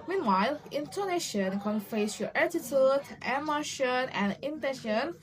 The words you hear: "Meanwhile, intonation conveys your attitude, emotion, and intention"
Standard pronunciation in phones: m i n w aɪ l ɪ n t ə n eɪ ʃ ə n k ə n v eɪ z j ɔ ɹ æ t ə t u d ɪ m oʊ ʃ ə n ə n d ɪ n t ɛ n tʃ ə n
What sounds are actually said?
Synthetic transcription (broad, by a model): m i n w aɪ l ɪ n t ə n eɪ ʃ ə n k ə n f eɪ s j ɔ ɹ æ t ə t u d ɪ m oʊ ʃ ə n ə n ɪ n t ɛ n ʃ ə n